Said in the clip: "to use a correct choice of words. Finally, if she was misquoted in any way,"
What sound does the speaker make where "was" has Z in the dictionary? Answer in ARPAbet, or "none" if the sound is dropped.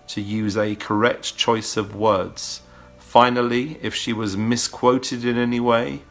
Z